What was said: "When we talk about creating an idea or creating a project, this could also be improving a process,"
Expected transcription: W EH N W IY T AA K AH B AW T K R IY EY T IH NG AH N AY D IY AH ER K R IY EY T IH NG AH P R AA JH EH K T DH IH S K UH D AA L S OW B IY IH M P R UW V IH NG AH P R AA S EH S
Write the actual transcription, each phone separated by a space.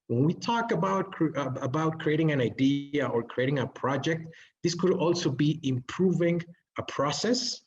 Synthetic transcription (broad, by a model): W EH N W IY T AA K AH B AW T K R IY EY T IH NG AH N AY D IY AH ER K R IY EY T IH NG AH P R AA JH EH K T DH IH S K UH D AA L S OW B IY IH M P R UW V IH NG AH P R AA S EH S